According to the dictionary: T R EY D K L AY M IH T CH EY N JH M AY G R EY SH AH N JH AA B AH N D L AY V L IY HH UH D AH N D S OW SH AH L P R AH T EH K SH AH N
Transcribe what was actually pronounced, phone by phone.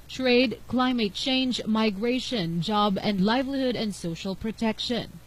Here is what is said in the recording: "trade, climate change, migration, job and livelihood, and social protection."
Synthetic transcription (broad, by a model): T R EY D K L AY M IH T CH EY N JH M AY G R EY SH AH N JH AA B AH N D L AY V L IY HH UH D AH N D S OW SH AH L P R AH T EH K SH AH N